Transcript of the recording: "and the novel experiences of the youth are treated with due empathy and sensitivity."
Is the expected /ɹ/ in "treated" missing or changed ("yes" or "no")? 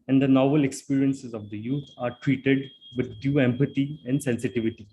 no